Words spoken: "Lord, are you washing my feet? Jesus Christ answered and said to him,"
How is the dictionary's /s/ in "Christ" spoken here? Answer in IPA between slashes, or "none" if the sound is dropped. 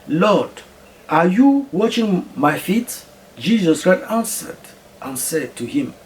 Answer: none